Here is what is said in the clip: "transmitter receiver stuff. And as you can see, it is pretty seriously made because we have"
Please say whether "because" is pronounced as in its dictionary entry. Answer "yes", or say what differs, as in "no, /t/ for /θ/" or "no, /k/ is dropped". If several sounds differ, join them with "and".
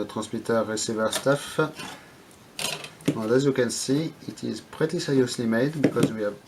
yes